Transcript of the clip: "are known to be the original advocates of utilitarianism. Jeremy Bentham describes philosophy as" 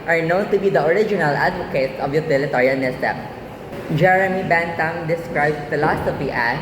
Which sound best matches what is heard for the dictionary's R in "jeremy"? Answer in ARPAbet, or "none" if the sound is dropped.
R